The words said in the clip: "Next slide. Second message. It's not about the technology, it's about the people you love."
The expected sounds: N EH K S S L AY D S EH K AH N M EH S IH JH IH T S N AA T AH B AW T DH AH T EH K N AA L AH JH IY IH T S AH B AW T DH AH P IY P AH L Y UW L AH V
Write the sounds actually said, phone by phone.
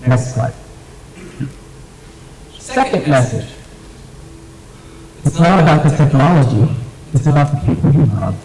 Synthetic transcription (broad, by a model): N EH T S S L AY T S EH K AH N M EH S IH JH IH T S L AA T AH B AW T DH AH T EH K N AA L AH JH IY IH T AH B AW T DH AH P IY P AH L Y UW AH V